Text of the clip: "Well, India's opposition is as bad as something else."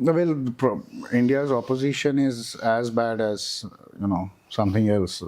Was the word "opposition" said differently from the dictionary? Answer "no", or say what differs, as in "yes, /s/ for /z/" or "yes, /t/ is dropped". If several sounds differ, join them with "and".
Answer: no